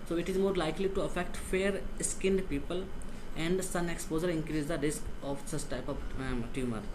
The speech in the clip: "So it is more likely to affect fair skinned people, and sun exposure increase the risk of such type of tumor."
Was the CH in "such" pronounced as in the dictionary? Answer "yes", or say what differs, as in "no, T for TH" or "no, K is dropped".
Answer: no, S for CH